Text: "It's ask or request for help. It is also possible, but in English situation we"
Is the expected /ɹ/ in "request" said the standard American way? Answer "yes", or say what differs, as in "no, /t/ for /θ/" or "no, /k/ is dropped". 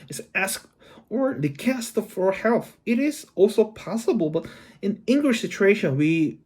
no, /l/ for /ɹ/